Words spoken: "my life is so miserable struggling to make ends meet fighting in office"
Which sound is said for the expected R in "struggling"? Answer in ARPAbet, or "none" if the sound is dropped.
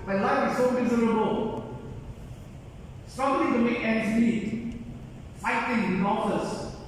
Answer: none